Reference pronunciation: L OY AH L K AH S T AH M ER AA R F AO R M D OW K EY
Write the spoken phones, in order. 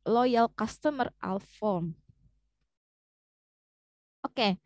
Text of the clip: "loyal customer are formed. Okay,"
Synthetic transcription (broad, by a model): L OY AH L K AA S T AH M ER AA L F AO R M OW K EY